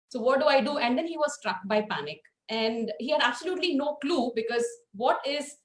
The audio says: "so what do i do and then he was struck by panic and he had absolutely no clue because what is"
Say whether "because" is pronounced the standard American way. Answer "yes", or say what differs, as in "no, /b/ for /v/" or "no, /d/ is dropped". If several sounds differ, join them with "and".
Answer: yes